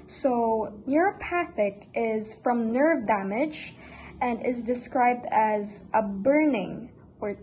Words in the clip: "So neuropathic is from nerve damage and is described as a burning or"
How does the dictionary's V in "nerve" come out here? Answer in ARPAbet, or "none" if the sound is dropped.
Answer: V